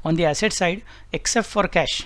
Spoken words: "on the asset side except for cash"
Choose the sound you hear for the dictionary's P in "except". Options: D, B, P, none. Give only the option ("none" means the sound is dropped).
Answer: P